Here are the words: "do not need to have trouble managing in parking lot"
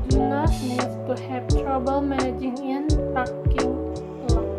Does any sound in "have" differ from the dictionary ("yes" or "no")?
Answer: yes